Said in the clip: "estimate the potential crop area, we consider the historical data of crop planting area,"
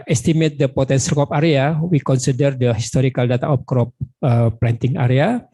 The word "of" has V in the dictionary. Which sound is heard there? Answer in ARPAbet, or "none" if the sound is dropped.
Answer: P